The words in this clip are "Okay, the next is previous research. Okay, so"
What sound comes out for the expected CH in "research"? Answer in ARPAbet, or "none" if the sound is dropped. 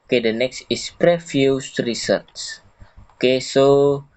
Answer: S